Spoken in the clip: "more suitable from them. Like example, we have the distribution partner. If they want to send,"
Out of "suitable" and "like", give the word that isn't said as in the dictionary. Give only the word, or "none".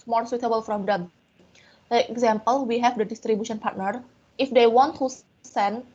like